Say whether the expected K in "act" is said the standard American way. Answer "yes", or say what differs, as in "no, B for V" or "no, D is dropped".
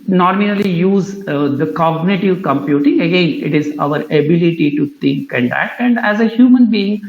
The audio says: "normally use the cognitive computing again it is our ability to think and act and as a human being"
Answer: no, K is dropped